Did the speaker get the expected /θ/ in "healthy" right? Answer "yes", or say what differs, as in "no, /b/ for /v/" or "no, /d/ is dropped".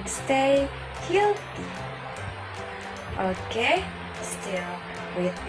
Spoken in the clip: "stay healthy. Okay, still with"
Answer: no, /t/ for /θ/